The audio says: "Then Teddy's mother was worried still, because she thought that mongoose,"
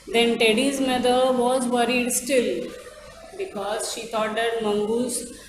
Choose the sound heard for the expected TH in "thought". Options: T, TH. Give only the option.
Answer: T